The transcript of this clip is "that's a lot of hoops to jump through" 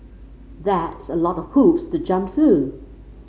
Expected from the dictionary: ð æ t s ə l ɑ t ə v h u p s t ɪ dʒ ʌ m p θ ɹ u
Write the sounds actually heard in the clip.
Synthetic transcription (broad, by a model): ð æ t s ə l ɑ t ə v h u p s t ɪ dʒ ʌ m p θ ɹ u